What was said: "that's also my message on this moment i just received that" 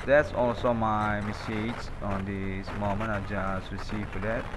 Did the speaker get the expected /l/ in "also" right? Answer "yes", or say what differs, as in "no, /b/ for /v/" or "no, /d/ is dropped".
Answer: yes